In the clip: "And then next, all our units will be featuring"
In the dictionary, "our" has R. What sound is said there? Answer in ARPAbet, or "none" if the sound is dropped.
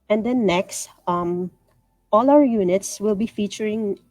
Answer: L